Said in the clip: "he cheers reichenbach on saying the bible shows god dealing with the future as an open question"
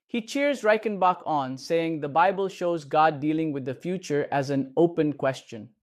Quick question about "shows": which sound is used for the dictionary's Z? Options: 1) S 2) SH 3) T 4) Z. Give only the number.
4